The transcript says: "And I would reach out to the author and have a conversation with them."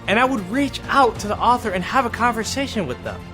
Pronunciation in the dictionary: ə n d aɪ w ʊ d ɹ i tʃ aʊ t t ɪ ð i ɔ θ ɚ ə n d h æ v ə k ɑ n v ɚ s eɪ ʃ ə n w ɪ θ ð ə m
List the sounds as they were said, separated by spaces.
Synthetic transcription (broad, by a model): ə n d aɪ w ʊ d ɹ i tʃ aʊ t t ɪ ð i ɔ θ ɚ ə n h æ v ə k ɑ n v ɚ s eɪ ʃ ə n w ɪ ð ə m